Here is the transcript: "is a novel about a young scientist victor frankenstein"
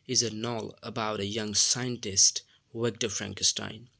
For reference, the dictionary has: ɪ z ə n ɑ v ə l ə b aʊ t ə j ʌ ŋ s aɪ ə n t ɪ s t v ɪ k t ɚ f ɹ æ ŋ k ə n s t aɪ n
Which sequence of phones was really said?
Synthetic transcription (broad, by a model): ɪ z ə n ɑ l ə b aʊ t ə j ʌ ŋ s aɪ ə n t ɪ s t w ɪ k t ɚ f ɹ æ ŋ k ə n s t aɪ n